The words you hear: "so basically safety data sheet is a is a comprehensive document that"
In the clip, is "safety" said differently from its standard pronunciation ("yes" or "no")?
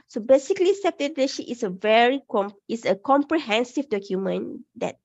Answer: yes